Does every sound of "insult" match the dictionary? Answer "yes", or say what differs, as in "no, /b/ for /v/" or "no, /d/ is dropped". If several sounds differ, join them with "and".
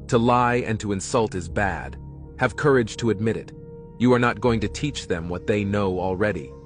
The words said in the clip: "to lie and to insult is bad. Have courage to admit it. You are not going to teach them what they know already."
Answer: yes